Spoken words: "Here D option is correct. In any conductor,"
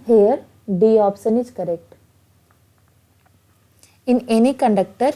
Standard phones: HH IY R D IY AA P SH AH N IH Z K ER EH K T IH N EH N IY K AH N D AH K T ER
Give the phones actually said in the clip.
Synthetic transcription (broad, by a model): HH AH R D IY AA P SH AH N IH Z K ER EH K T IH N EH N IY K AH N D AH K T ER